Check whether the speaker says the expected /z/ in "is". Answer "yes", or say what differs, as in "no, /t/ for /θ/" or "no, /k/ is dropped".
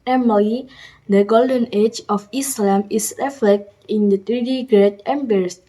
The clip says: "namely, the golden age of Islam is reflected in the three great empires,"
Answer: no, /s/ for /z/